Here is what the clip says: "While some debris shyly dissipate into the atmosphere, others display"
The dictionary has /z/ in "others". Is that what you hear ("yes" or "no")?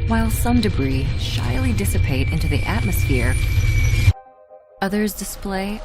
yes